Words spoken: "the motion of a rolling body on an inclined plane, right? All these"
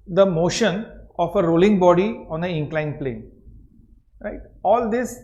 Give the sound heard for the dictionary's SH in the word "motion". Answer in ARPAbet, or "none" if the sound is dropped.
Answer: SH